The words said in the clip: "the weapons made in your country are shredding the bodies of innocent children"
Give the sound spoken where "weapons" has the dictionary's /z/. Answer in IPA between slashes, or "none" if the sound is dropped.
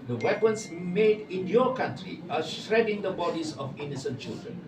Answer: /s/